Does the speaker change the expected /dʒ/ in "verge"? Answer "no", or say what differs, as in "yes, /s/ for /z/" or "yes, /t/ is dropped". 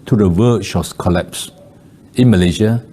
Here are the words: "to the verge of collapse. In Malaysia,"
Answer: yes, /ʃ/ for /dʒ/